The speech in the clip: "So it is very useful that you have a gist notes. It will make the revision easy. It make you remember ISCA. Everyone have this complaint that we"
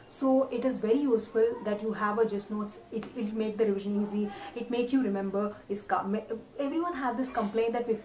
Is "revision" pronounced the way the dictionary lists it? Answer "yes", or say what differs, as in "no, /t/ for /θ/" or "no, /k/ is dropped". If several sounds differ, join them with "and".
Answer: yes